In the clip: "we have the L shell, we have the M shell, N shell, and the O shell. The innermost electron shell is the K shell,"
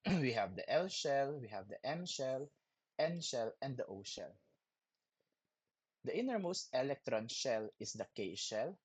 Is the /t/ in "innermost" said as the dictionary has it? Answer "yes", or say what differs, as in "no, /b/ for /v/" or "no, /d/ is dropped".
yes